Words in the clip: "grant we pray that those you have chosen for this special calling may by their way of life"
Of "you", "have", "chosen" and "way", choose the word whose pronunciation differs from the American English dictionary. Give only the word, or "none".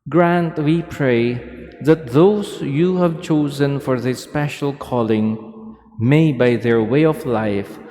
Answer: none